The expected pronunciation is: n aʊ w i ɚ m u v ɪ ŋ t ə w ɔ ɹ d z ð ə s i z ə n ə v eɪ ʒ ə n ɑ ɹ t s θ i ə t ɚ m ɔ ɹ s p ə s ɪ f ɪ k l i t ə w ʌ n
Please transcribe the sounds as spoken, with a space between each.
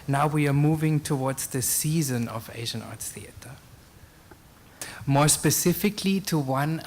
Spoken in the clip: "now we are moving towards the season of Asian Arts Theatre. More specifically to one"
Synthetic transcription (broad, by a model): n aʊ w i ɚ m u v ɪ ŋ t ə w ɔ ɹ d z ð ə s i z ə n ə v eɪ ʒ ə n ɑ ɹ t s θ i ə t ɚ m ɔ ɹ s p ə s ɪ f ɪ k l i t ə w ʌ n